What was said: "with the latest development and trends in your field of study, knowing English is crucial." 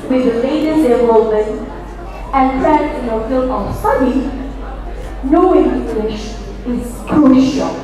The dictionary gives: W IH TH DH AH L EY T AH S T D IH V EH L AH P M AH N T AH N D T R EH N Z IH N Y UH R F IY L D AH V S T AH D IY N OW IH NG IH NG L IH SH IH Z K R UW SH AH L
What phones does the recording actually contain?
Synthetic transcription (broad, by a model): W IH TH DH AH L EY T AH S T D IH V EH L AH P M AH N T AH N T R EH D IH N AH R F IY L AH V S T AH D IY N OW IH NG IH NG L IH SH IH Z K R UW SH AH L